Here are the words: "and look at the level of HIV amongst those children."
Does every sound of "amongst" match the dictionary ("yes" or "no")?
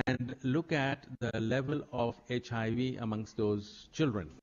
yes